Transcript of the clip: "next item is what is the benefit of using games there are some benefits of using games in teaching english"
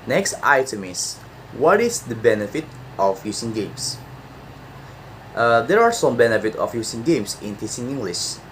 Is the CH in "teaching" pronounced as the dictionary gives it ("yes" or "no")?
no